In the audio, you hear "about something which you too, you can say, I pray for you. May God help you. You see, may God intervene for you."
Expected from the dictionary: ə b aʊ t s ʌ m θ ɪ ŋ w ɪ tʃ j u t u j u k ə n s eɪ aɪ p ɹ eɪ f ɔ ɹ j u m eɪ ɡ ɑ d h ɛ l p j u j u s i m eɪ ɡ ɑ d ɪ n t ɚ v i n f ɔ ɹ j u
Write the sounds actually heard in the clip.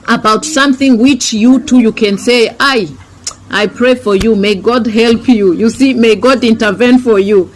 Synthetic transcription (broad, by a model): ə b aʊ t s ʌ m θ ɪ ŋ w ɪ tʃ j u t u j u k ə n s eɪ aɪ p ɹ eɪ f ɔ ɹ j u m eɪ ɡ ɑ d h ɛ l p j u j u s i m eɪ ɡ ɑ d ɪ n t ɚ v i n f ɔ ɹ j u